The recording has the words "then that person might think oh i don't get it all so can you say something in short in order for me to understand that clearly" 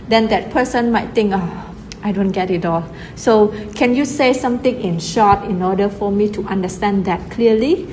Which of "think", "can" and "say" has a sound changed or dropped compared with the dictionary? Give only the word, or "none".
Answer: think